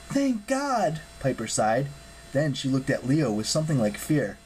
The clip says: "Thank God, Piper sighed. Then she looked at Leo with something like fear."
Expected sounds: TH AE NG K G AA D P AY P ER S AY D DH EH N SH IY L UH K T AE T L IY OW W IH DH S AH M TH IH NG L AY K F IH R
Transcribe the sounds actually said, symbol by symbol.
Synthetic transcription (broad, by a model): TH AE NG K G AA D P AY P ER S AY D DH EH N SH IY L UH K T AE T L IY OW W IH DH S AH M TH IH NG L AY K F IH R